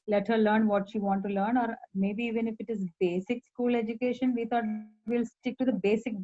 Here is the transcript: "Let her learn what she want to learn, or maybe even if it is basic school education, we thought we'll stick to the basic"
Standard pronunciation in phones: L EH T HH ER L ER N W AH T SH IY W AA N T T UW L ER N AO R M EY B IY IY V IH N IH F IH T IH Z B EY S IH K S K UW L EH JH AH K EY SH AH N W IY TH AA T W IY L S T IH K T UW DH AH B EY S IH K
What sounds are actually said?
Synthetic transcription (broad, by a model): L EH T HH ER L ER N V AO T SH IY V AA N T T UW L ER N AO R M EY B IY IY V IH N IH F IH T IH Z B EY S IH K S K UW L EH JH AH K EY SH AH N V IY T AA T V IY L S T IH K T UW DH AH B EY S IH K